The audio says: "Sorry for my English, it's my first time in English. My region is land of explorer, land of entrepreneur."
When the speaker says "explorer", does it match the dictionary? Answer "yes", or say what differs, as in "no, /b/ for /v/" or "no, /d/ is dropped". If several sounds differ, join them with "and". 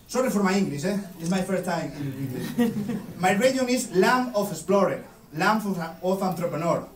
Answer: no, /k/ is dropped